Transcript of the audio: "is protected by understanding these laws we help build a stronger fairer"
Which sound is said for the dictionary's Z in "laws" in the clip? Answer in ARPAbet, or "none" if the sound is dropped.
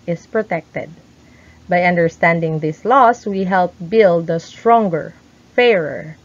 S